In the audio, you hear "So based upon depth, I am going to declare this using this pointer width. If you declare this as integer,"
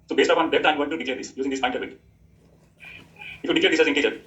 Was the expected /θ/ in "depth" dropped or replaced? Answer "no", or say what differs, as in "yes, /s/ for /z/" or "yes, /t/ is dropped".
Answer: yes, /t/ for /θ/